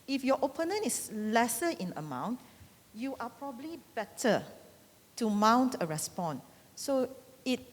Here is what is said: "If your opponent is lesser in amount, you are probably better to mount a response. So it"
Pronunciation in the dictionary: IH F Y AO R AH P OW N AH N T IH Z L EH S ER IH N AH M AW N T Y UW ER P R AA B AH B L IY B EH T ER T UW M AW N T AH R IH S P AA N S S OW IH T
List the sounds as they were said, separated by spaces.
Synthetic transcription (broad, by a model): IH F Y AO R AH P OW N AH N IH S L EH S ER IH N AH M AW N T Y UW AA P R AA B AH B L IY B EH T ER T UW M AW N T AH R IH S P AA N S S OW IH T